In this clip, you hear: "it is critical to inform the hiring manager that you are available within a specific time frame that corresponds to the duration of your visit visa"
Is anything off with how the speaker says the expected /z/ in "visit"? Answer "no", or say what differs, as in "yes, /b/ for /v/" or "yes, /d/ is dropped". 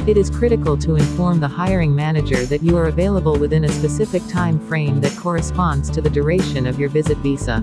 no